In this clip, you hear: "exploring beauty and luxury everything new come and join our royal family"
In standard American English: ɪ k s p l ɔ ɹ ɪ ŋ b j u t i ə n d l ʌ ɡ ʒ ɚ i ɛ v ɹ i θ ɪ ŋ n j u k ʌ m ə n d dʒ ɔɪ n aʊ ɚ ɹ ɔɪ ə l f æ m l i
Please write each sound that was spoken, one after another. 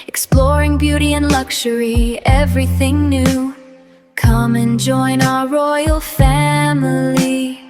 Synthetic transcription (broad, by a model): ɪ k s p l ɔ ɹ ɪ ŋ b j u t i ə n l ʌ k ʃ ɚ i ɛ v ɹ i θ ɪ ŋ n j u k ʌ m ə n dʒ ɔɪ n aʊ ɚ ɹ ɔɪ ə l f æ m l i